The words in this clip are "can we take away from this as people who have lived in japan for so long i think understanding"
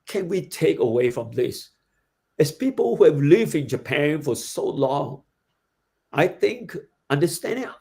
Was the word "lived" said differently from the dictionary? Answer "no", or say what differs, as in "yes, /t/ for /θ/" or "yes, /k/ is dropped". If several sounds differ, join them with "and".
no